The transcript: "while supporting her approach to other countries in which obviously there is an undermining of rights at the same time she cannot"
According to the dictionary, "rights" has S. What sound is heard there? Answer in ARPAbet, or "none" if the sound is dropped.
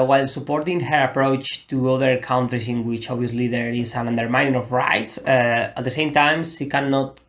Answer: S